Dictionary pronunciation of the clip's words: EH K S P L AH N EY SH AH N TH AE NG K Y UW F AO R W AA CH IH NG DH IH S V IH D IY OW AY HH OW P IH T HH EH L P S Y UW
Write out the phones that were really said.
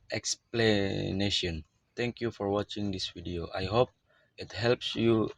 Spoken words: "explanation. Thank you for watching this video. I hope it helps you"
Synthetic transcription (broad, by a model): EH K S P L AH N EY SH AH N T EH NG K Y UW F AO R W AA CH IH NG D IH S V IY D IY OW AY HH OW P IH T HH EH L P S Y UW